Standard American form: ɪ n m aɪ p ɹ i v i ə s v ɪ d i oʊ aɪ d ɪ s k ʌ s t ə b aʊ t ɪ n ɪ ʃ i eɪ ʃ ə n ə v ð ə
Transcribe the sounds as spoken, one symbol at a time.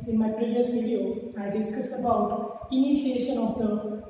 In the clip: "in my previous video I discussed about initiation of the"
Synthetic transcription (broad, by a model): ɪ n m aɪ p ɹ i v i ə s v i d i oʊ aɪ d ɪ s k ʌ s ə b aʊ t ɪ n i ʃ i eɪ ʃ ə n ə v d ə